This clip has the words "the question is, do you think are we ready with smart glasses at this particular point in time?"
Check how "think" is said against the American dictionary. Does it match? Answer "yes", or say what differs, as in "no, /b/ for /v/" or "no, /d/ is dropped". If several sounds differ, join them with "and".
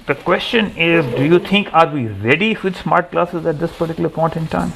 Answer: no, /t/ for /θ/